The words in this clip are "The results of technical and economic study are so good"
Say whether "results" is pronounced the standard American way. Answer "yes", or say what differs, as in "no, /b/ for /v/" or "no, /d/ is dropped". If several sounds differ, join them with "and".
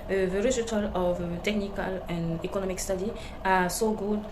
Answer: no, /l/ is dropped